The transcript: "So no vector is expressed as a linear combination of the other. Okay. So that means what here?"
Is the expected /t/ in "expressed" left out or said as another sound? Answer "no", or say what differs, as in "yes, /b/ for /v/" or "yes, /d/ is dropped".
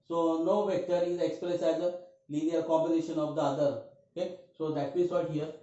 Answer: yes, /t/ is dropped